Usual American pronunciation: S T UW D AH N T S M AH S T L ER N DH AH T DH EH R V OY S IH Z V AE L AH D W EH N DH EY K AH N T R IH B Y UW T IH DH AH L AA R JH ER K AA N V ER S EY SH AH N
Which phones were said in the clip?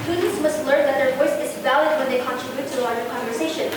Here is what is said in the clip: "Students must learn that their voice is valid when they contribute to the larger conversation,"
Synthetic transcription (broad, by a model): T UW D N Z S M AH S T L ER N DH AH T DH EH R V OY S IH Z V AE L AH D W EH N DH EY K AH N T R IH B Y UW T IH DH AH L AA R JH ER K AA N V ER S EY SH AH N